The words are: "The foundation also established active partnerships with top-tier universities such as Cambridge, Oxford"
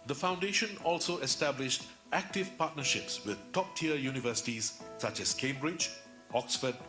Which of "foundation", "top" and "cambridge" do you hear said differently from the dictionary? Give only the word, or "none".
none